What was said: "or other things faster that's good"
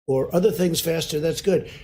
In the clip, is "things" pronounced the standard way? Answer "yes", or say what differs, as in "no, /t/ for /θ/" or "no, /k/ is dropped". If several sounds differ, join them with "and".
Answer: yes